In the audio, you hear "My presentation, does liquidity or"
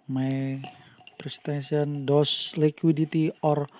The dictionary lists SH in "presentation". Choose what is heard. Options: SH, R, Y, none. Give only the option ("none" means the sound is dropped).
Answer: none